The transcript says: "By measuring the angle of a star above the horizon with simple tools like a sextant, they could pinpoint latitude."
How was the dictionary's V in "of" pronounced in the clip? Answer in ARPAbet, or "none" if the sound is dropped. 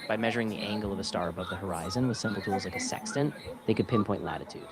V